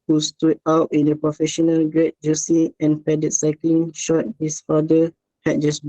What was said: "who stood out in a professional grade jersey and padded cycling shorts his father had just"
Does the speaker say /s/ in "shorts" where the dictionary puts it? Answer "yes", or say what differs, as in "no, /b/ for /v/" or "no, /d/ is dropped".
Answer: no, /s/ is dropped